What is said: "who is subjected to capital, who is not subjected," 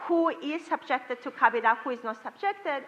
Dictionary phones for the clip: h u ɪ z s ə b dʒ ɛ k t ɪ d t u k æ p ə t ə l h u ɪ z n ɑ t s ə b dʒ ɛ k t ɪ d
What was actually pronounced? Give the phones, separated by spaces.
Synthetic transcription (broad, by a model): h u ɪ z s ə b dʒ ɛ k t ɪ d t u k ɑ b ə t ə h u ɪ z n ɑ t s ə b dʒ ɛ k t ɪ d